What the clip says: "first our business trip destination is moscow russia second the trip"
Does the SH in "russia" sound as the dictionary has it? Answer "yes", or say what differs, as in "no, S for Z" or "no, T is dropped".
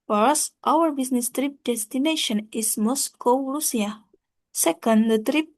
no, S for SH